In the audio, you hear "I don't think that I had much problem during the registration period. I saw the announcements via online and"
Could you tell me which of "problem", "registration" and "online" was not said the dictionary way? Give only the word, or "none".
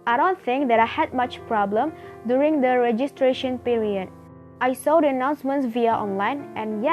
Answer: none